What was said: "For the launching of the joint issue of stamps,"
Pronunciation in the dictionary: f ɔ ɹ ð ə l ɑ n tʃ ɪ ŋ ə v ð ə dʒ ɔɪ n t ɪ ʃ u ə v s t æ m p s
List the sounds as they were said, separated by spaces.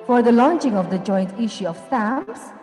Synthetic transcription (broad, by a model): f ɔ ɹ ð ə l ɑ n tʃ ɪ ŋ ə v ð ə dʒ ɔɪ n t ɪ ʃ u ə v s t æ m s